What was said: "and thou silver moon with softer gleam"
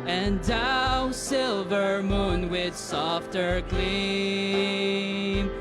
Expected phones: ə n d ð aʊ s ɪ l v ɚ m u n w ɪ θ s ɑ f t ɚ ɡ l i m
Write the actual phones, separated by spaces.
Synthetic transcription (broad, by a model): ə n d aʊ s ɪ l v ɚ m u n w ɪ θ s ɑ f t ɚ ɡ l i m